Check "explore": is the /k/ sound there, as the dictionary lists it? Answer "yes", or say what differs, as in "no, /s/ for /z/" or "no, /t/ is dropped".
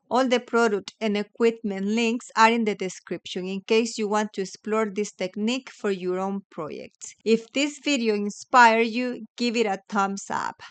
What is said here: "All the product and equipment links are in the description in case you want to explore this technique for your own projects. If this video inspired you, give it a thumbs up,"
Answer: yes